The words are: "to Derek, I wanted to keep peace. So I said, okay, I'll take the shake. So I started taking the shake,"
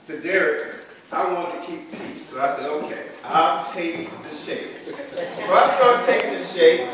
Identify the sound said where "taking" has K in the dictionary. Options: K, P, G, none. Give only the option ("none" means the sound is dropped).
none